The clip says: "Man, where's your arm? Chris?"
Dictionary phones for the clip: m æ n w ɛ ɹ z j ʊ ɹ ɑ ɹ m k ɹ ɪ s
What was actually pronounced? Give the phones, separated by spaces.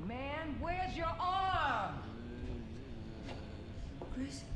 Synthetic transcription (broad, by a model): m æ n w ɛ ɹ z j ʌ ɹ ɑ ɹ m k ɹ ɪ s